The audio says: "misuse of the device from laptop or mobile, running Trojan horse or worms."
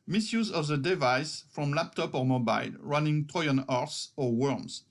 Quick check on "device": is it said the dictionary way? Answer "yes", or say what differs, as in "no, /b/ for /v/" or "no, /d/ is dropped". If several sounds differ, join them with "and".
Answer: yes